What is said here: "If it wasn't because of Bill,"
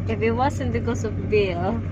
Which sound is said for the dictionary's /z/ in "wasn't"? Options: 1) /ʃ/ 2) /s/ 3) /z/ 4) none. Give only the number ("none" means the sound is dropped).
2